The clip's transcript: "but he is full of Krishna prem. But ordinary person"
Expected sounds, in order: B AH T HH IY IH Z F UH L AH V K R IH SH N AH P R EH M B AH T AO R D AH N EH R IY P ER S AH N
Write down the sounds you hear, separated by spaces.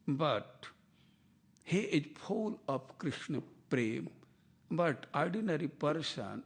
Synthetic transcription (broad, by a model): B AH T HH IY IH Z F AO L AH P K R IH SH N AH P R EH M B AH T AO R D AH N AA R IY P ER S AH N